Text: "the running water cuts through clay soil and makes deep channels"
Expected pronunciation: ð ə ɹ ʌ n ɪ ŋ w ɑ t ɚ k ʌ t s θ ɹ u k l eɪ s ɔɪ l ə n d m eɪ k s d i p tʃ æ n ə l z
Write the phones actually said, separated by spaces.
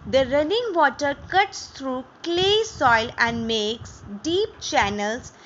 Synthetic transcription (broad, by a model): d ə ɹ ʌ n ɪ ŋ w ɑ t ɚ k ʌ t s t ɹ u k l eɪ s ɔɪ l ə n d m eɪ k s d i p tʃ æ n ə l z